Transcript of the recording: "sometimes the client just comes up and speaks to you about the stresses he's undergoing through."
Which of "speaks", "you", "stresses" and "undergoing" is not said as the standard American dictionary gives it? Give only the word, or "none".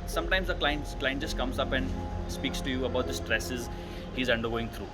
none